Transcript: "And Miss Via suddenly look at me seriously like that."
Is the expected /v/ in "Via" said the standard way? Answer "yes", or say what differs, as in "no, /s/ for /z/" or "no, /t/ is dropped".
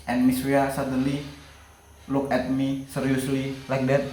no, /w/ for /v/